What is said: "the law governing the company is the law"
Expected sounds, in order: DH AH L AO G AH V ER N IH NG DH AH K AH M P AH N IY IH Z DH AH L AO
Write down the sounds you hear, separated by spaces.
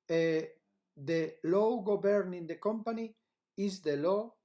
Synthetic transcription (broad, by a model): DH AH L AO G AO B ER N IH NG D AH K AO M P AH N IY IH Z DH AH L AO